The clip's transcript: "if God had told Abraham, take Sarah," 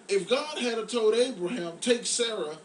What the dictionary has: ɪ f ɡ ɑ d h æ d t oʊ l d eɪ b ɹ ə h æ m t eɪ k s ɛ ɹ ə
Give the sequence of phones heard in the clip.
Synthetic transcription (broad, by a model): ɪ f ɡ ɑ d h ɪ d t oʊ d eɪ b ɹ ə h æ m t eɪ k s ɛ ɹ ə